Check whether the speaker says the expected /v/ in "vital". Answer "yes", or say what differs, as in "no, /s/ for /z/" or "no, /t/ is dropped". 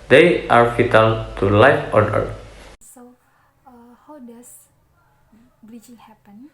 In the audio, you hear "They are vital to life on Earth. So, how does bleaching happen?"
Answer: no, /f/ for /v/